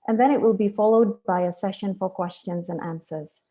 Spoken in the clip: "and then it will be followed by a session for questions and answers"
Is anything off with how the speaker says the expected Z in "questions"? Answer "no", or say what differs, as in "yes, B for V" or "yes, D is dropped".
no